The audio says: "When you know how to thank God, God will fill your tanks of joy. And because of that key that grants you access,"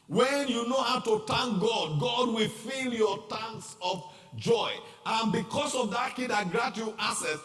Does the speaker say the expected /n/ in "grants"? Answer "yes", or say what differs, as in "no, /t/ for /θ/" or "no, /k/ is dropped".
no, /n/ is dropped